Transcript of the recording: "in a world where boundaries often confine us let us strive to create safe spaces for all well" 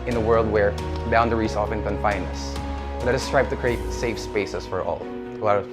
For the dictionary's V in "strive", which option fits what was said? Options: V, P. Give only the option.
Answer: P